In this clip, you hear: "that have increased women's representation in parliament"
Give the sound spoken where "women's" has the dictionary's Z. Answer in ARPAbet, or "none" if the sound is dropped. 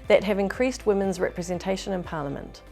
Z